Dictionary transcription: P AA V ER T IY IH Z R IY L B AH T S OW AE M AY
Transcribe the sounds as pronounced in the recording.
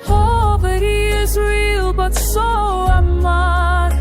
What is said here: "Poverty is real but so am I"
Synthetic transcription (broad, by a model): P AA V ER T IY IH Z R IY L B AH T S OW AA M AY